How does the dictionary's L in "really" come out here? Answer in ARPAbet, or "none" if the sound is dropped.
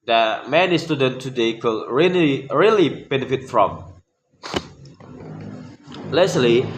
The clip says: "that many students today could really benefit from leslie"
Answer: L